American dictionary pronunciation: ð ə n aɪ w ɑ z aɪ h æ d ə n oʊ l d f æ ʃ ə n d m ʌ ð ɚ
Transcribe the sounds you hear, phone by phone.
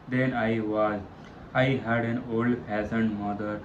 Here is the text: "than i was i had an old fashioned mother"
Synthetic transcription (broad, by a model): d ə n aɪ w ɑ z aɪ h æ d ə n oʊ l d p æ s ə n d m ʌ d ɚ